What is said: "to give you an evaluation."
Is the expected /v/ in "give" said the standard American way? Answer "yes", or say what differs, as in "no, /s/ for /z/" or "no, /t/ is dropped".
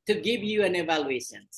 yes